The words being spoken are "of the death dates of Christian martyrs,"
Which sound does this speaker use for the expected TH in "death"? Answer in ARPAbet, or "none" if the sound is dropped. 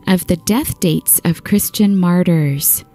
TH